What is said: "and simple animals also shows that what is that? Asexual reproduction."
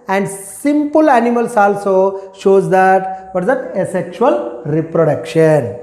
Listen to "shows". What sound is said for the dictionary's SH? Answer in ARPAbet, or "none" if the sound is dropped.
SH